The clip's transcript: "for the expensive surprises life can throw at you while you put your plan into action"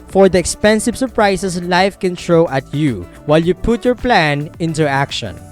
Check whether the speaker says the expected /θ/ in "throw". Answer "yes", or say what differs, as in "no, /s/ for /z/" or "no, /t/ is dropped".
no, /t/ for /θ/